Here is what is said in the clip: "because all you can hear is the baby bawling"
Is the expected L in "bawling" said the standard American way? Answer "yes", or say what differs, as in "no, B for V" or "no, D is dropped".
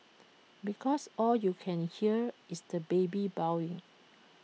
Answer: no, W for L